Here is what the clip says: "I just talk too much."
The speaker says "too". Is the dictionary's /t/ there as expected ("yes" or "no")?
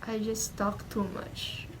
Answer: yes